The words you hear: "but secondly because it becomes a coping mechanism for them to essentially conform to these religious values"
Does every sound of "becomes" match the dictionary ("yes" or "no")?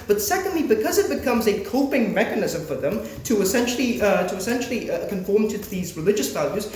yes